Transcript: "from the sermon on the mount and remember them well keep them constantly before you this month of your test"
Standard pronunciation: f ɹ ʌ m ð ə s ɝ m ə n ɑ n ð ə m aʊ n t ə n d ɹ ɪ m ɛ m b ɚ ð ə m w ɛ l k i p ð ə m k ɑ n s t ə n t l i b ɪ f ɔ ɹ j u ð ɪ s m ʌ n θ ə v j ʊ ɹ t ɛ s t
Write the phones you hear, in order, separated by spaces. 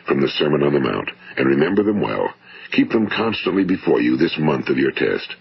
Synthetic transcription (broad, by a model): f ɹ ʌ m ð ə s ɝ m ə n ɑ n ð ə m aʊ n t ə n ɹ ɪ m ɛ m b ɚ ð ə m w ɛ l k i p ð ə m k ɑ n s t ə n t l i b ɪ f ɔ ɹ j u ð ɪ s m ʌ n θ ə v j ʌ ɹ t ɛ s t